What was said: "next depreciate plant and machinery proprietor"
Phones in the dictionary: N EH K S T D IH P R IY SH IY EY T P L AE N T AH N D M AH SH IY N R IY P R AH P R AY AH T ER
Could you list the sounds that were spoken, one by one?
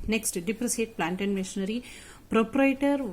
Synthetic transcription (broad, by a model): N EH K S T D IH P R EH S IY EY T P L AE N T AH N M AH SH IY N R IY P R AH P R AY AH T